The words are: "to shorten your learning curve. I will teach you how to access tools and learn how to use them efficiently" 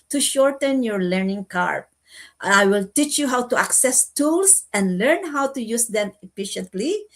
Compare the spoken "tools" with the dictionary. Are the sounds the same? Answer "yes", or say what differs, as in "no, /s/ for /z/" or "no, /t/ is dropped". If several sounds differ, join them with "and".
no, /s/ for /z/